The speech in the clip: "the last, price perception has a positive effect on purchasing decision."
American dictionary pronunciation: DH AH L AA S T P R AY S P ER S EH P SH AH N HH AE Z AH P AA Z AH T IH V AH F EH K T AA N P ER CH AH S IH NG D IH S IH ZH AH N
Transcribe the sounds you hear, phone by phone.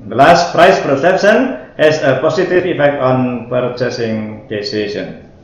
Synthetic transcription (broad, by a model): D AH L AA S T P R AY S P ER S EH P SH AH N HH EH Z AH P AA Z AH T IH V AH F EH K T AA N P ER CH AH S IH NG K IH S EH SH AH N